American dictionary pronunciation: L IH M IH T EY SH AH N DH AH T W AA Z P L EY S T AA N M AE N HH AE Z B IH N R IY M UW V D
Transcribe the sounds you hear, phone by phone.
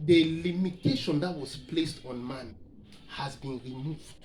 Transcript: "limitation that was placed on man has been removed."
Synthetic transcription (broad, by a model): L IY M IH T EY SH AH N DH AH T W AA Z P L EY S T AA N M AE N HH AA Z B IH N R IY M UW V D